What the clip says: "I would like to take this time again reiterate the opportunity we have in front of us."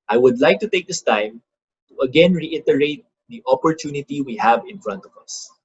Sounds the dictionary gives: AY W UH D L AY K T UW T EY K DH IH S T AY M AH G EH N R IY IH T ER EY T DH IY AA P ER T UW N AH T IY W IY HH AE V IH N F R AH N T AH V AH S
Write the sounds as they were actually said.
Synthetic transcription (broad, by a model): AY W UH D L AY K T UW T EY K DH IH S T AY M AH G EH N R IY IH T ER EY T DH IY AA P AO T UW N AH T IY W IY HH AE V IH N F R AH N T AH V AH S